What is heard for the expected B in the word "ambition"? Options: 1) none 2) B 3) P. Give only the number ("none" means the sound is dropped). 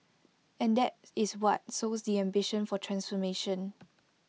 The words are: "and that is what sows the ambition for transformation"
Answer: 2